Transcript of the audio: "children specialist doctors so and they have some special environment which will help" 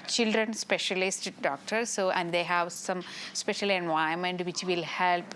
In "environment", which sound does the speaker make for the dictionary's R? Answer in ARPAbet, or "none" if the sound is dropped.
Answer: none